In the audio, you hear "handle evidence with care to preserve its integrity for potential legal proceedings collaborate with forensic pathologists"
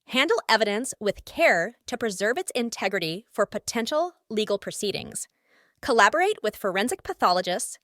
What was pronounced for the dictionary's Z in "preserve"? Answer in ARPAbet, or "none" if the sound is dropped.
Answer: Z